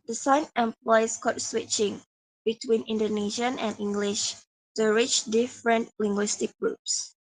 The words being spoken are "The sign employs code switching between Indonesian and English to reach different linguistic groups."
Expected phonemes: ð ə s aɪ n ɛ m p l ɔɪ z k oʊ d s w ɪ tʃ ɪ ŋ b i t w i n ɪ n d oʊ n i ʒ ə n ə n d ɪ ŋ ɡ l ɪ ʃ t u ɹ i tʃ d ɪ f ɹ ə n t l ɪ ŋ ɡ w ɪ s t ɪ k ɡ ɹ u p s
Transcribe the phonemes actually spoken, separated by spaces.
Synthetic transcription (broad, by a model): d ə s aɪ n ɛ m p l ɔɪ s k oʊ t s w ɪ tʃ ɪ ŋ b i t w i n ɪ n d oʊ n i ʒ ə n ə n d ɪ ŋ ɡ l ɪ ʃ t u ɹ i tʃ d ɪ f ɹ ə n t l ɪ ŋ ɡ w ɪ s t ɪ k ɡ ɹ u p s